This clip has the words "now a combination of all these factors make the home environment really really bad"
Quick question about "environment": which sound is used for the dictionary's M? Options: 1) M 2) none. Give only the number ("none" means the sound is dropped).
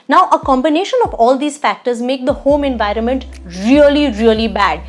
1